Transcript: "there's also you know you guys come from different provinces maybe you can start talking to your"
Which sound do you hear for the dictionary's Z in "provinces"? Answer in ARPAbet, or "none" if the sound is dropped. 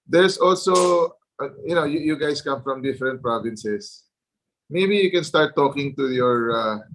S